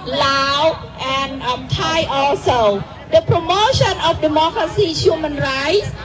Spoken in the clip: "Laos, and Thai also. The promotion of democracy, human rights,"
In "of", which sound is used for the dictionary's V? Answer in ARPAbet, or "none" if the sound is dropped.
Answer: F